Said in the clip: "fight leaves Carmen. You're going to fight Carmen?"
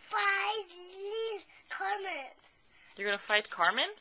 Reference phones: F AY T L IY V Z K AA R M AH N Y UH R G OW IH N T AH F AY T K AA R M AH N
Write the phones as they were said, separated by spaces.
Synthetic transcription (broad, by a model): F AY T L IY Z K AA R M AH N Y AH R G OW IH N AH F AY T K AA R M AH N